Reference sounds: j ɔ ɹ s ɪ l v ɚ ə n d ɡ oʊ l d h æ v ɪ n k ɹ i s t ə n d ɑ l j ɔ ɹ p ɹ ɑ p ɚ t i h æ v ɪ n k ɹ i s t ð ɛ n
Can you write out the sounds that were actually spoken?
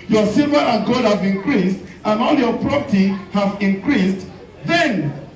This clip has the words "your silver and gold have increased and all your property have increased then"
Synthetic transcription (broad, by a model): j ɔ s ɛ v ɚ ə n ɡ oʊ d h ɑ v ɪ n k ɹ i s t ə n ɑ l j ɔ p ɹ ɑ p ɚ t i h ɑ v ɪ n k ɹ i s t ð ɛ n